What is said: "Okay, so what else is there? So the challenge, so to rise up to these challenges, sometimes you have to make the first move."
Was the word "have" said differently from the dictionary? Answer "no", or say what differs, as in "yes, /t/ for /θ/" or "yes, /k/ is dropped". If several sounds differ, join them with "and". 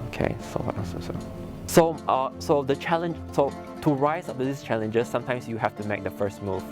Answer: yes, /f/ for /v/